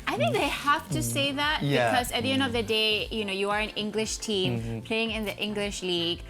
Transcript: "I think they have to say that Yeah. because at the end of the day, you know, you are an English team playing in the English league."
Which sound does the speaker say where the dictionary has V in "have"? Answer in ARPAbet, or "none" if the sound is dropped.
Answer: F